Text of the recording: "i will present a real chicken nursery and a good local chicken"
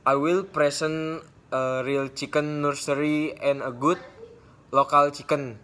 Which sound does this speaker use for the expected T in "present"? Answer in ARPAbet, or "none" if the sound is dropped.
none